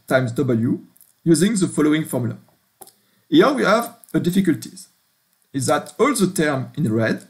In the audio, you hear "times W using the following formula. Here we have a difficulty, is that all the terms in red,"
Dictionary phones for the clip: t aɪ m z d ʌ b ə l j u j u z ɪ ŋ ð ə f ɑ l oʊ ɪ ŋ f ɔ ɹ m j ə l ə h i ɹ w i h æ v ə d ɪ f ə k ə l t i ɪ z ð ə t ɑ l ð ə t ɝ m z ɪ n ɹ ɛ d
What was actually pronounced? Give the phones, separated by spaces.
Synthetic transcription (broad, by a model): t aɪ m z d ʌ b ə l j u j u z ɪ ŋ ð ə f ɑ l oʊ ɪ ŋ f ɔ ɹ m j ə l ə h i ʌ w i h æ v ə d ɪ f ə k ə l t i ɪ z ð ə t ɑ l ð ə t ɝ m ɪ n ɹ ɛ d